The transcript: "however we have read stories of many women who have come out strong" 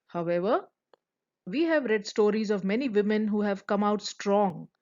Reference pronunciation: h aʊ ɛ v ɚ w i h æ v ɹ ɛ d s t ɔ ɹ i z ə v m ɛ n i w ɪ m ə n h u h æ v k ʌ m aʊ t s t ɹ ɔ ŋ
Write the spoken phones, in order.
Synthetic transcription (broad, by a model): h aʊ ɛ v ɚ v i h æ v ɹ ɛ d s t ɔ ɹ i z ə v m ɛ n i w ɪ m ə n h u h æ v k ʌ m aʊ t s t ɹ ɔ ŋ